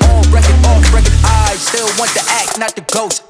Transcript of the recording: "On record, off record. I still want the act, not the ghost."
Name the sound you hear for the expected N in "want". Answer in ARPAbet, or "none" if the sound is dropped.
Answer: N